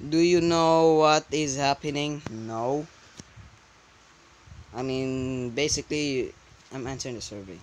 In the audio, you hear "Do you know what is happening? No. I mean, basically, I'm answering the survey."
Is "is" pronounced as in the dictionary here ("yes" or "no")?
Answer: yes